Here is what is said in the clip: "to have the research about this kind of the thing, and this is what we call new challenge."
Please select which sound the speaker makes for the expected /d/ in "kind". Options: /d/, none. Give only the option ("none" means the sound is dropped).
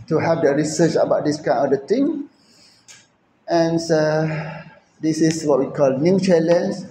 none